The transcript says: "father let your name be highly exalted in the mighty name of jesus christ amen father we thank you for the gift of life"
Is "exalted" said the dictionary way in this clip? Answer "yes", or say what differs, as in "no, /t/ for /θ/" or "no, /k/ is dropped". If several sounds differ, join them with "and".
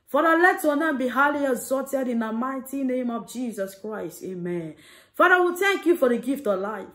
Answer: no, /l/ is dropped